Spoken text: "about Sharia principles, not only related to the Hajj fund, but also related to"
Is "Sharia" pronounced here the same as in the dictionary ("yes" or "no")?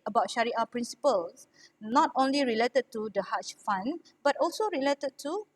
yes